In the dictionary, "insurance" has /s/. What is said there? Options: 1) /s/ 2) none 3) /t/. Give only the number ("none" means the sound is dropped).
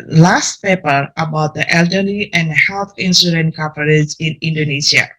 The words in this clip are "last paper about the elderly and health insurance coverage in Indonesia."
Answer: 2